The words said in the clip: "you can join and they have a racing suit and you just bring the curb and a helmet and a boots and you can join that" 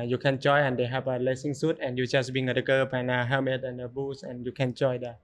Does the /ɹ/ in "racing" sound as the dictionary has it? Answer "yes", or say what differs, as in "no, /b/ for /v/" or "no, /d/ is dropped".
no, /l/ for /ɹ/